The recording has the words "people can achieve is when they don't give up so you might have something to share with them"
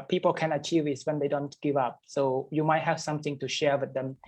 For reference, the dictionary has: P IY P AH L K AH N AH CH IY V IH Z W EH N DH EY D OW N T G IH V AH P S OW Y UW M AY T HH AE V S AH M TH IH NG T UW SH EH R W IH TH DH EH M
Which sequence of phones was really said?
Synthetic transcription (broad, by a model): P IY P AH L K AH N AH CH IY V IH S W EH N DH EY D OW N T G IH V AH P S OW Y UW M AY T HH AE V S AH M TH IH NG T UW SH EH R W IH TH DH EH M